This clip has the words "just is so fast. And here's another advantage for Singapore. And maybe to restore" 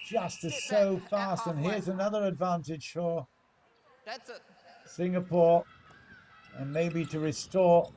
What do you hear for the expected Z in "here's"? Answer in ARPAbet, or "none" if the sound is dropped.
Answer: Z